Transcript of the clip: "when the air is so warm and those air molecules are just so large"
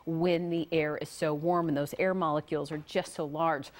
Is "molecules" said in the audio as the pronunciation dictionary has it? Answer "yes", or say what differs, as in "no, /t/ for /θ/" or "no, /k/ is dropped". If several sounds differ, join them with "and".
yes